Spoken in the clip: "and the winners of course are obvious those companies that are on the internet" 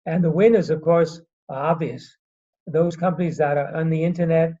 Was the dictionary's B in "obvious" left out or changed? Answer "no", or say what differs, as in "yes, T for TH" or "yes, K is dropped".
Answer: no